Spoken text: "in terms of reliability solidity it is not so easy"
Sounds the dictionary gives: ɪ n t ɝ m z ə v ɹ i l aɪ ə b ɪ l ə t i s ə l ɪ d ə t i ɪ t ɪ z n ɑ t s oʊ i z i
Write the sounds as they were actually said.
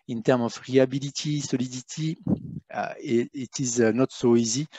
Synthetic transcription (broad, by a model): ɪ n t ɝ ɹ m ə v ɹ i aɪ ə b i l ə t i s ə l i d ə t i ɪ t ɪ z n ɑ t s oʊ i z i